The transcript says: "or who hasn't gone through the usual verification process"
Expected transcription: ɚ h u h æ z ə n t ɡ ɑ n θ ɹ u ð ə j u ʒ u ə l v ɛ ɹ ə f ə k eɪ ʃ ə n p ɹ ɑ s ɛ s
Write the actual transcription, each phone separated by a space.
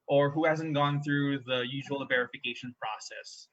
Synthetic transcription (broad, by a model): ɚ h u h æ z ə n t ɡ ɑ n θ ɹ u ð ə j u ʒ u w l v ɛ ɹ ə f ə k eɪ ʃ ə n p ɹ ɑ s ɛ s